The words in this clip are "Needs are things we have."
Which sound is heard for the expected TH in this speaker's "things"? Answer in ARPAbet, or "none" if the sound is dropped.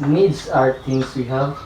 T